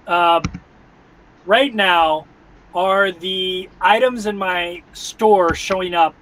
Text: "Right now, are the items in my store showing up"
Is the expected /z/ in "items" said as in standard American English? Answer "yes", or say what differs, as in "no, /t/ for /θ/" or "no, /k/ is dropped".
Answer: yes